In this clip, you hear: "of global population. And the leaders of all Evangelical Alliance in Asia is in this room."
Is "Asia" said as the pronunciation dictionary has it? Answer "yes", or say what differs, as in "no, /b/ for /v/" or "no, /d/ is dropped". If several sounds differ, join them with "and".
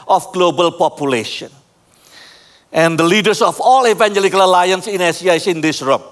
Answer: no, /s/ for /ʒ/